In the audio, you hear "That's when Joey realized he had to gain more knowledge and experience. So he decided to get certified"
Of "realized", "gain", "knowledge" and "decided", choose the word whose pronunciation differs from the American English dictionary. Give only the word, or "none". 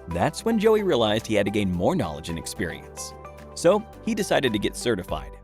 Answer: none